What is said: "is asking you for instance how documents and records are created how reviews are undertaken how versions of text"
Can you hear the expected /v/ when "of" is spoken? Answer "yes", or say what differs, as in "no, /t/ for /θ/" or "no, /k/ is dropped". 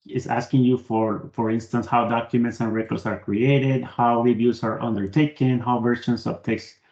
no, /b/ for /v/